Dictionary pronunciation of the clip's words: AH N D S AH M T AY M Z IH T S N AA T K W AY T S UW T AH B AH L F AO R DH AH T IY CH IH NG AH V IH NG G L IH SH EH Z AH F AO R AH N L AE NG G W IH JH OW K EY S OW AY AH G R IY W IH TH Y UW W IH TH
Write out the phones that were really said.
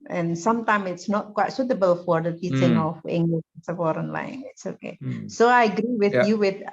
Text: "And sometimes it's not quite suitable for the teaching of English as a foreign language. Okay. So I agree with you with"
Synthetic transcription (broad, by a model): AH N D S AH M T AY M IH T S N AA T K W AY T S UW T AH B AH L F AO R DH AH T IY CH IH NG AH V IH NG G L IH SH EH S AH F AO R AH N L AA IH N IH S OW K EY S OW AY AH G R IY W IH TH Y UW W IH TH